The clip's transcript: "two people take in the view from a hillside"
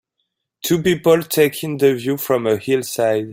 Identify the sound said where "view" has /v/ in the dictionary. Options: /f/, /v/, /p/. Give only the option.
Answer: /v/